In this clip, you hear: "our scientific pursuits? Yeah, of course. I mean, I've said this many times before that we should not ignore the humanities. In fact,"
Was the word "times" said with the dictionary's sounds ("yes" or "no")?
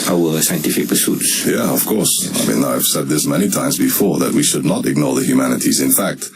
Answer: yes